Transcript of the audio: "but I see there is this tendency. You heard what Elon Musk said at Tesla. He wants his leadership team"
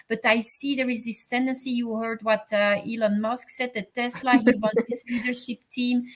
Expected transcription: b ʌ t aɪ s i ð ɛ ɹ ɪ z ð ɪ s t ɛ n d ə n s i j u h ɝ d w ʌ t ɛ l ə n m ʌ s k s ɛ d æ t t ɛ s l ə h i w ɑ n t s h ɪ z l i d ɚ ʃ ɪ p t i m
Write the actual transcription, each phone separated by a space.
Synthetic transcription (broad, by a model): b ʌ t aɪ s i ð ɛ ɹ ɪ z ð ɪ s t ɛ n d ə n s i j u h ɝ d w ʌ t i l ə n m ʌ s k s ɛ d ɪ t t ɛ s l ə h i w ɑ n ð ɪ s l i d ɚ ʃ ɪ p t i m